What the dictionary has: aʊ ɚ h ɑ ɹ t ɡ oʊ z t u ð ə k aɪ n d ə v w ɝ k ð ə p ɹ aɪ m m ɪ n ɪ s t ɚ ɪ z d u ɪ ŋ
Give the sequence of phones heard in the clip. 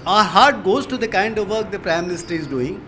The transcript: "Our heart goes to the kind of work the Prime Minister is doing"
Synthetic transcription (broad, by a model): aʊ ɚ h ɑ ɹ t ɡ oʊ z t u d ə k aɪ n d ə v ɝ k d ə p ɹ aɪ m m ɪ n ɪ s t ɚ ɪ z d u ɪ ŋ